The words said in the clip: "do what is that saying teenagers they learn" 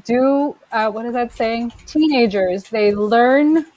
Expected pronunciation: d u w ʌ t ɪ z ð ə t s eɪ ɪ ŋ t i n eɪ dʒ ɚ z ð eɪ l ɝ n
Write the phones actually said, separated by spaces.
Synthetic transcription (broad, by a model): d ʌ w ʌ t ɪ z ð ə t s eɪ ɪ ŋ t i n eɪ dʒ ɚ z ð eɪ l ɝ n